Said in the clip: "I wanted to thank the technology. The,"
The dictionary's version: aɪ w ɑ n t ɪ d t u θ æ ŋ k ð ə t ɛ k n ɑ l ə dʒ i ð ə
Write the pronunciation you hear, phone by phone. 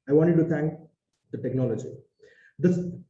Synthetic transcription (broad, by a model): aɪ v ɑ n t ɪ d t u t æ ŋ k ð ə t ɛ k n ɑ l ə dʒ i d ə